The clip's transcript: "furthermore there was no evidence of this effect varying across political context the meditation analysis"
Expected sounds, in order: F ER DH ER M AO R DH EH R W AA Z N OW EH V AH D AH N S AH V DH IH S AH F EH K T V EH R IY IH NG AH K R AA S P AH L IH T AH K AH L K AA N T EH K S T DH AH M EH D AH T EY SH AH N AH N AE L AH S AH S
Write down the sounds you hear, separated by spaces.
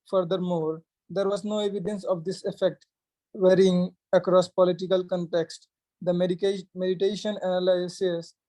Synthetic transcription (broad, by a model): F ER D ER M AO R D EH R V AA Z N OW EH V AH D AH N S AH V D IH S AH F EH K T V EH R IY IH NG AH K R AA S P AH L IH T AH K AH L K AA N T EH K S T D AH M EH D AH T EY SH AH N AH N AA L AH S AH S